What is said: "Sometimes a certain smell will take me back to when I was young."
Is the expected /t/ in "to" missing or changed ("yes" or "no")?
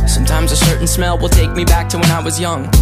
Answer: no